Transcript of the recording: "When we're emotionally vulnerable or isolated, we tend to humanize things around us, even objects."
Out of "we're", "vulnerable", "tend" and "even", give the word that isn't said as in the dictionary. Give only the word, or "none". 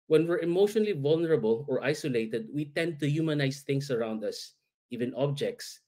none